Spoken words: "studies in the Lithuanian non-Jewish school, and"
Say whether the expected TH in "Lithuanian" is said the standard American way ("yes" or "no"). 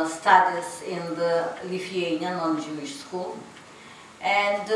no